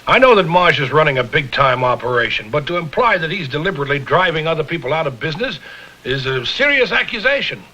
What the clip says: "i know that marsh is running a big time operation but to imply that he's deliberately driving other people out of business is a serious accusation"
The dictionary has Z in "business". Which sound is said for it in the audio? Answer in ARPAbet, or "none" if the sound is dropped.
Z